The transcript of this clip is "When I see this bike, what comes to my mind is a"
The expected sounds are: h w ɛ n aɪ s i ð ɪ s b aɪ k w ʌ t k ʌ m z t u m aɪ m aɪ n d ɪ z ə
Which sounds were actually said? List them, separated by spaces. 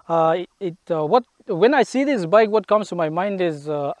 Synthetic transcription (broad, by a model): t w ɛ n aɪ s i ð ɪ s b aɪ k w ʌ t k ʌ m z t u m aɪ m aɪ n d ɪ z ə